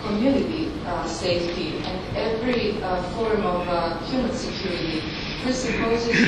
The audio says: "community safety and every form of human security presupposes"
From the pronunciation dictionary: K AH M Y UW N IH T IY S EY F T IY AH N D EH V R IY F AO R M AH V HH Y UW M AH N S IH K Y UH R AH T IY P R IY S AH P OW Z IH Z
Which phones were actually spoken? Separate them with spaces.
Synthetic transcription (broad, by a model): K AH M Y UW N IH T IY S EY F T IY AH N D EH V R IY F AO R M AH V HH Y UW M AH N S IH K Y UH R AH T IY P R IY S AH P OW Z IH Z